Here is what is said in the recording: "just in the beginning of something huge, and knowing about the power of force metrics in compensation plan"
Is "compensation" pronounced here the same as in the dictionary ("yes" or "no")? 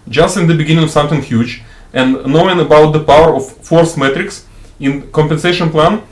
yes